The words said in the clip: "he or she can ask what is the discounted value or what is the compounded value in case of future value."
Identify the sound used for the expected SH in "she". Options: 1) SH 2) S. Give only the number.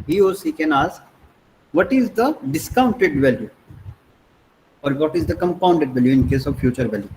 2